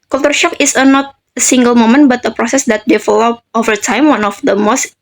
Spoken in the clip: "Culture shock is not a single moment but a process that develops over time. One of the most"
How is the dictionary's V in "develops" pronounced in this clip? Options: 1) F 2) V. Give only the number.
1